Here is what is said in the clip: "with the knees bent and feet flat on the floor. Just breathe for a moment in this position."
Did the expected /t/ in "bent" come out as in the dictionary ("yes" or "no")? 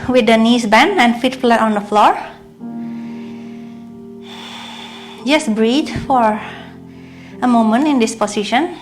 no